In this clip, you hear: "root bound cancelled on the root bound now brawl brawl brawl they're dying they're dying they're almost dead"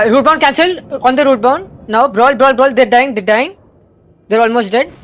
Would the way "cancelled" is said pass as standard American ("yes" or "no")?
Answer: no